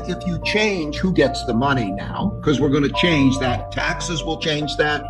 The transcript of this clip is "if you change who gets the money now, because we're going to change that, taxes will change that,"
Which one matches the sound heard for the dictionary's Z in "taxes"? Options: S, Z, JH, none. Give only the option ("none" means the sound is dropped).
Z